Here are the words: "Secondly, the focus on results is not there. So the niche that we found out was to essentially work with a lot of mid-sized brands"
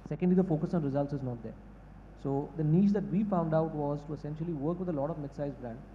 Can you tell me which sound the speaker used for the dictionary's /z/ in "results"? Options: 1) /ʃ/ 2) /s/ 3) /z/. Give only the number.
3